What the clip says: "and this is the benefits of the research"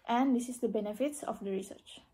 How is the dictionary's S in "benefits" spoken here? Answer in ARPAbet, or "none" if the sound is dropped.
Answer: S